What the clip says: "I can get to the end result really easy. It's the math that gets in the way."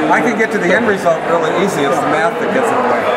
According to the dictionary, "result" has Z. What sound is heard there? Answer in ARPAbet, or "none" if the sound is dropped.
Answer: Z